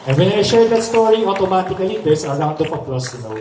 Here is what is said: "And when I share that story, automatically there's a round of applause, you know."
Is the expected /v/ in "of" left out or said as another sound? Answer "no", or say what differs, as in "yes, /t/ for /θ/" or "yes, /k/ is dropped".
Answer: yes, /p/ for /v/